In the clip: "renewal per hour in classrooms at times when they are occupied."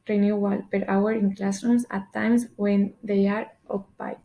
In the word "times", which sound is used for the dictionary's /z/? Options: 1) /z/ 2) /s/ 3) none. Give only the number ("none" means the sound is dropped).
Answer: 2